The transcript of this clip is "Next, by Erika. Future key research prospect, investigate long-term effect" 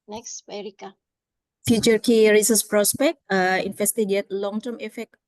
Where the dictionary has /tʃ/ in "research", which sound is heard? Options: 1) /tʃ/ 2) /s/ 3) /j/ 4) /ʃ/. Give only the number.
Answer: 2